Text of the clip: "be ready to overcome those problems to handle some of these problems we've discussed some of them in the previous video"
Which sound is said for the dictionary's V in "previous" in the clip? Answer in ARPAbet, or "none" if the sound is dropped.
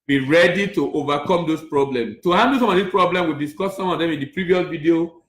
V